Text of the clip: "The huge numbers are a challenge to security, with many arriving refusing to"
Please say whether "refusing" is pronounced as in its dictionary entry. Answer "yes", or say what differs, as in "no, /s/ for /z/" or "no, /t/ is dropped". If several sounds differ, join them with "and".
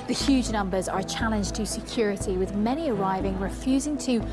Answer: yes